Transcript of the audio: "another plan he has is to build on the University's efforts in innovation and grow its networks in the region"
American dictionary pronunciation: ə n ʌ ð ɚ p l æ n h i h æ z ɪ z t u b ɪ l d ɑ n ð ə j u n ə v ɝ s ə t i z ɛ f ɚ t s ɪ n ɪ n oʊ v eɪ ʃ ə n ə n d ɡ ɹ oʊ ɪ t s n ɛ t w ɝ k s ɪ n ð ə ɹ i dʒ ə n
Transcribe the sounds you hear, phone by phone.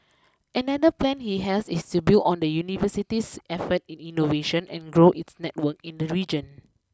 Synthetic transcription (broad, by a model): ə n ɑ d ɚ p l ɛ n h i h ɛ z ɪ s t u b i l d ɑ n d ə j u n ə v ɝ s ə t i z ɛ f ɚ t ɪ n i n oʊ v eɪ ʃ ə n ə n ɡ ɹ oʊ ɪ t s n ɛ t w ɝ k ɪ n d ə ɹ i dʒ ə n